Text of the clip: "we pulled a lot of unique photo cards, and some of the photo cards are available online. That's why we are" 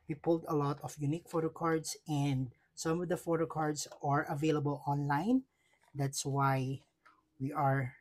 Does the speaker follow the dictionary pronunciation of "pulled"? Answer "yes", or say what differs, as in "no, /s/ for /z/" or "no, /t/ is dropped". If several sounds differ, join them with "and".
yes